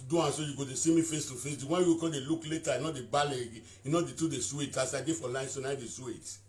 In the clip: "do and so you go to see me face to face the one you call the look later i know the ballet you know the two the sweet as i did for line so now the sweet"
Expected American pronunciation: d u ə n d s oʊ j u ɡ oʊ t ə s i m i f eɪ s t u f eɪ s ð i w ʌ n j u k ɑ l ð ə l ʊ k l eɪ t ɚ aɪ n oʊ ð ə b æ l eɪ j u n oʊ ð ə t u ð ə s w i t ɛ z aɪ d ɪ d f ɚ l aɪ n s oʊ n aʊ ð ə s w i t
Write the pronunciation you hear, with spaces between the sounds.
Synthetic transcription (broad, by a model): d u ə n s oʊ j u ɡ oʊ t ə s i m i f eɪ s t u f eɪ s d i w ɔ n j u k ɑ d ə l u k l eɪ t aɪ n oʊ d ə b æ l eɪ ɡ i n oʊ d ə t u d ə s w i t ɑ s aɪ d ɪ f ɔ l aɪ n s oʊ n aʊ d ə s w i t